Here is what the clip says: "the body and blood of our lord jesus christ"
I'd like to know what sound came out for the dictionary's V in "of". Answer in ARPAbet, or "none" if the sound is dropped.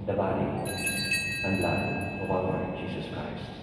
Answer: W